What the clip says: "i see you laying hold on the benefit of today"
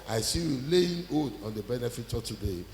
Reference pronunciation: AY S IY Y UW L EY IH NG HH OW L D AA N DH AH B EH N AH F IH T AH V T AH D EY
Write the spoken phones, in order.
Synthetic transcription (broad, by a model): AY S IY Y UW L EY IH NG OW D AA N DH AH B EH N AH F IH T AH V T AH D EY